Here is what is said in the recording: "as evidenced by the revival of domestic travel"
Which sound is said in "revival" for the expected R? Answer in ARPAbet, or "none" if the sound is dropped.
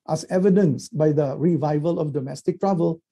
R